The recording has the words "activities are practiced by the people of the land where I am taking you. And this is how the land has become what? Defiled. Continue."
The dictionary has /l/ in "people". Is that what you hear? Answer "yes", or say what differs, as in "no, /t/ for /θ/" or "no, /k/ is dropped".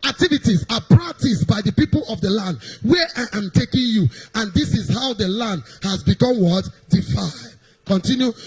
yes